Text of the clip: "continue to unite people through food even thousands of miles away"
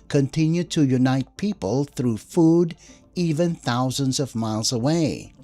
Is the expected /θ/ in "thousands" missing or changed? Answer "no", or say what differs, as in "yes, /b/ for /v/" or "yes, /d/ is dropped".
no